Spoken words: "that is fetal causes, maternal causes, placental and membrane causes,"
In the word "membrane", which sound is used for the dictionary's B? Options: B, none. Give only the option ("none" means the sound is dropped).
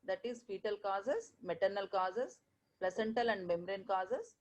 none